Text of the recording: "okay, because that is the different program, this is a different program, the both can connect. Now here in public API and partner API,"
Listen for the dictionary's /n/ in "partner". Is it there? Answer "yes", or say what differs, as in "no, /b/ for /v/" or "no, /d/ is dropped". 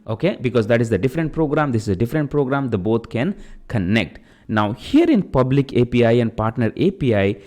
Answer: yes